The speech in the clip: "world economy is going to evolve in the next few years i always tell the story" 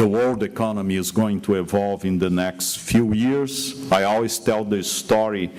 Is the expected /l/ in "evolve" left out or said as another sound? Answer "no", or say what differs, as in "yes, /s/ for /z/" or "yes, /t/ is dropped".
no